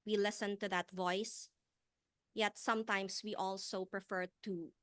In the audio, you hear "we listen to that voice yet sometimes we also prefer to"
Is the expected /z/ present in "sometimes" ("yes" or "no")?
no